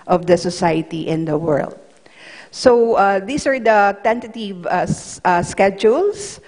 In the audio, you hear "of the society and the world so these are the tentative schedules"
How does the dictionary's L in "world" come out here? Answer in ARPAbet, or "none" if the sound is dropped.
L